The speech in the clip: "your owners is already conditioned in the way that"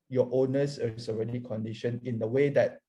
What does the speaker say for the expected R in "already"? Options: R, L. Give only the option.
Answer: R